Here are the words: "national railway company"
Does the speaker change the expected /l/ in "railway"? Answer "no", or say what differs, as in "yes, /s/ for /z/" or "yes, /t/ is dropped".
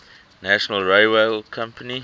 yes, /l/ is dropped